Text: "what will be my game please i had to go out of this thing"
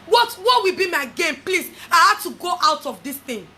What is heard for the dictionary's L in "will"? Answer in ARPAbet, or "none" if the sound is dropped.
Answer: W